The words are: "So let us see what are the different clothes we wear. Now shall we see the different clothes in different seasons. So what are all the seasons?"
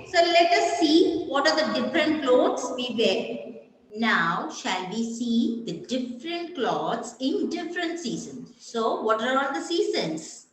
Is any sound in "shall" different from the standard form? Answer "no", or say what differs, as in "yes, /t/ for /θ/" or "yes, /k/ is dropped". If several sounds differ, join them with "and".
no